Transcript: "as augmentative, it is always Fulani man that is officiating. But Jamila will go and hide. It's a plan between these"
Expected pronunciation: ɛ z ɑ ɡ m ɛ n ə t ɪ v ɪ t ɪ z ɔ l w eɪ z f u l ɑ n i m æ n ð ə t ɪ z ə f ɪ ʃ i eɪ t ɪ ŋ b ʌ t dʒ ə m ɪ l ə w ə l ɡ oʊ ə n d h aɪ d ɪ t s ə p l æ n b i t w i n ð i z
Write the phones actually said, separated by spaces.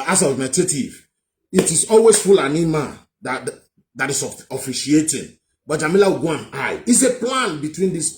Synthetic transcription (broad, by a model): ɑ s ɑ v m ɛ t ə t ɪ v ɪ t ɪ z ɔ l w eɪ s f u l ɑ n i m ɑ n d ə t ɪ s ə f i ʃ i eɪ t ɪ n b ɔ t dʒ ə m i l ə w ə ɡ oʊ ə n aɪ ɪ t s ə p l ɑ n b i t w i n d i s